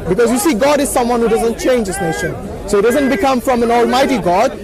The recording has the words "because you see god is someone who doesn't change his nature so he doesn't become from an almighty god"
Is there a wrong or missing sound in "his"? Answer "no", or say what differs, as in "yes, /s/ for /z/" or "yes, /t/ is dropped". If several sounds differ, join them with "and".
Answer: yes, /s/ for /z/